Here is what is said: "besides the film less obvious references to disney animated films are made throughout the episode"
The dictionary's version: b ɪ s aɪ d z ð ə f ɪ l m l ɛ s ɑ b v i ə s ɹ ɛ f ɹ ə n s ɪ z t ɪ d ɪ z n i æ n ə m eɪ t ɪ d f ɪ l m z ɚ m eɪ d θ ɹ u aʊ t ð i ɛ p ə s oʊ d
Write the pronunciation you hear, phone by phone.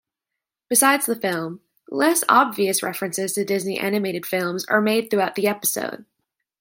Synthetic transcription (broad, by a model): b ɪ s aɪ d z ð ə f ɪ l m l ɛ s ɑ b v i ə s ɹ ɛ f ɹ ə n s ɪ z t ɪ d ɪ z n i æ n ə m eɪ t ɪ d f ɪ l m z ɚ m eɪ d θ ɹ u aʊ t ð i ɛ p ə s oʊ d